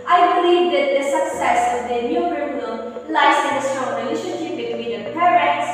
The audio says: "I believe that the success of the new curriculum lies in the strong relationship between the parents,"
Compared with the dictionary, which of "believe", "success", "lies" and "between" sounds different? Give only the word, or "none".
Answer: lies